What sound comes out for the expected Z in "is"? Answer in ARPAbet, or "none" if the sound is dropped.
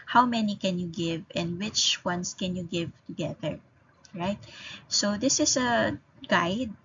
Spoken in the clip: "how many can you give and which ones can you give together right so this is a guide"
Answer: S